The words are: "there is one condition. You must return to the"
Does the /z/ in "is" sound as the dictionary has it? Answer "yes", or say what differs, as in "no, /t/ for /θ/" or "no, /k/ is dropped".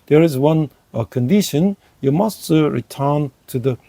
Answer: yes